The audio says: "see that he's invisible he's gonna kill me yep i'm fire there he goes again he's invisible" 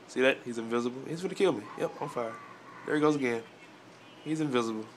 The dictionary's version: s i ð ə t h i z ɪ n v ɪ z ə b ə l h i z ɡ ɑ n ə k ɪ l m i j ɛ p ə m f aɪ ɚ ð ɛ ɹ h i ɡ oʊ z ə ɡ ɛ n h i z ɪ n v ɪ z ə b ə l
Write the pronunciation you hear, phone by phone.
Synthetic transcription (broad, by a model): s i ð ə t h i z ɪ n v ɪ z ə b l h i z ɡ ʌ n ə k ɪ l m i j ɛ p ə f aɪ ɚ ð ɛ ɹ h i ɡ oʊ z ə ɡ ɛ n h i z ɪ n v ɪ z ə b l